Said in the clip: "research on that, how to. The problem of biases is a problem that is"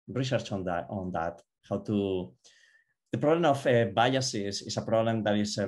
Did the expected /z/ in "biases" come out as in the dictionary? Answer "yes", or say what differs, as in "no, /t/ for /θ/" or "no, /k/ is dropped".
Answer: no, /s/ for /z/